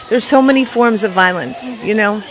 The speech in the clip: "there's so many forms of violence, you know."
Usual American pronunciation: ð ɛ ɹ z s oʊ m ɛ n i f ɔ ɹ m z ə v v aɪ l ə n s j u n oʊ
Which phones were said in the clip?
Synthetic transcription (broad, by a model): ð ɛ ɹ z s oʊ m ɛ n i f ɔ ɹ m z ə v v aɪ l ə n s j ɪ n oʊ